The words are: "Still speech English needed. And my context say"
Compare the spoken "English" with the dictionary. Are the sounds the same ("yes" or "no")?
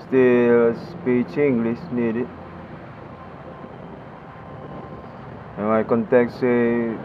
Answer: no